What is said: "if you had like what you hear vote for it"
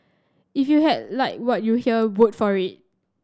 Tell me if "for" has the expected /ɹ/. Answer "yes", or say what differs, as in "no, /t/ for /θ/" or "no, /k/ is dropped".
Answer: yes